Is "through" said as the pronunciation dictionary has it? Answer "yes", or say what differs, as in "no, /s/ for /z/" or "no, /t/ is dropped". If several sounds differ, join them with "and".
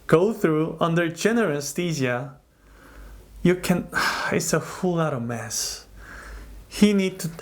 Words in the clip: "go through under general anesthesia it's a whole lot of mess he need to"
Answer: yes